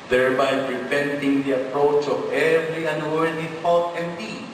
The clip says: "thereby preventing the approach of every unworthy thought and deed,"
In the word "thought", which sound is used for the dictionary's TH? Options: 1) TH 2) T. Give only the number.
2